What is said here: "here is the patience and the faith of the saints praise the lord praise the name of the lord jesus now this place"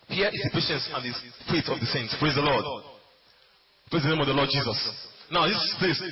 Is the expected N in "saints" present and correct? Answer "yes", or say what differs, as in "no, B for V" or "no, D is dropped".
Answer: yes